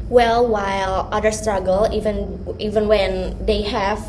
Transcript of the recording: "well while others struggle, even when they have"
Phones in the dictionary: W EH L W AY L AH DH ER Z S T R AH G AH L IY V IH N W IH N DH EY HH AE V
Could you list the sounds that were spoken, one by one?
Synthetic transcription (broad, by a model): W EH L W AY L AH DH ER S T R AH G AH N IY V IH N W IH N DH EY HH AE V